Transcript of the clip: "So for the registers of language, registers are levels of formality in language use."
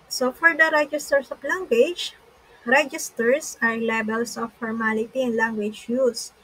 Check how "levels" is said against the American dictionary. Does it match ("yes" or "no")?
no